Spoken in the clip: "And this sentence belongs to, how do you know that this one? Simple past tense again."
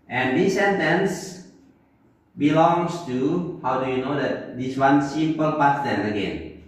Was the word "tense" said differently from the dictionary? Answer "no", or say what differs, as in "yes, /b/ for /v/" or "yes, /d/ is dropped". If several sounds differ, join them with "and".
yes, /s/ is dropped